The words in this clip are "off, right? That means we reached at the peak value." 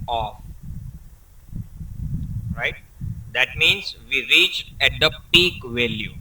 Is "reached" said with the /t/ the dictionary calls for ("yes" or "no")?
no